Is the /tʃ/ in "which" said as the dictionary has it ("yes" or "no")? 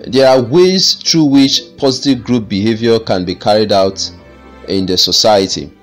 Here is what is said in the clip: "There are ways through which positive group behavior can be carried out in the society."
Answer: yes